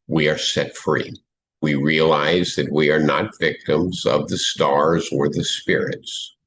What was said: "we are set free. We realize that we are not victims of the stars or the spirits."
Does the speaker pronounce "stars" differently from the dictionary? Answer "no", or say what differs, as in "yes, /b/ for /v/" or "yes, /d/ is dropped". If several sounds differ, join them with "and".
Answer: no